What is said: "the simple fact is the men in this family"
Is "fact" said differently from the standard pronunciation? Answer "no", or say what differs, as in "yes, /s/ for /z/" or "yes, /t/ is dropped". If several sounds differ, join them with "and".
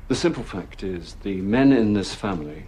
no